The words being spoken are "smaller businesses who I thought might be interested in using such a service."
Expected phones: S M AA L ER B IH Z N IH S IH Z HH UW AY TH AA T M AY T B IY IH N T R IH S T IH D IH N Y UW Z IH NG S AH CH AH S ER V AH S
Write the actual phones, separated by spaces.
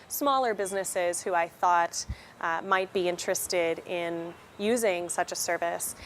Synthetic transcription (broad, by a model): S M AA L ER B IH Z N IH S IH Z HH UW AY TH AA T M AY T B IY IH N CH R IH S T IH D IH N Y UW Z IH NG S AH CH AH S ER V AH S